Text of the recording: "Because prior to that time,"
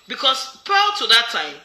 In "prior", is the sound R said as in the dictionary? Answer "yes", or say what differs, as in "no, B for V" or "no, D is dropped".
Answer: no, R is dropped